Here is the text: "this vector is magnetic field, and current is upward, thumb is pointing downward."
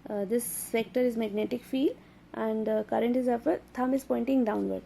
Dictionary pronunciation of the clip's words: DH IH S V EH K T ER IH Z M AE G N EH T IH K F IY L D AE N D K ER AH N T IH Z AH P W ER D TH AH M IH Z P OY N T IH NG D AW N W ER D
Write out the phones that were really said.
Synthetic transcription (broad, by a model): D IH S F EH K T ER IH Z M AE G N EH T IH K F IY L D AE N D K ER AH N T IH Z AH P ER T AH M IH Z P OY N T IH NG D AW N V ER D